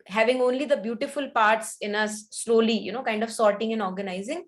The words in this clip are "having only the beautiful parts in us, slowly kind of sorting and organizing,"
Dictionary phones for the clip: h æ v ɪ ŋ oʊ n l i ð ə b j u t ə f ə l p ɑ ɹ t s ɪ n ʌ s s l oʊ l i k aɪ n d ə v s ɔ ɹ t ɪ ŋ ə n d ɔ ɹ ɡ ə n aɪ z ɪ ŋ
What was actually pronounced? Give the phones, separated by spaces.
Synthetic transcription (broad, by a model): h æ v ɪ ŋ oʊ n l i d ə b j u t ə f ə l p ɑ ɹ t s ɪ n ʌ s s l oʊ l i k aɪ n d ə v s ɔ ɹ t ɪ ŋ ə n ɔ ɹ ɡ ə n aɪ z ɪ ŋ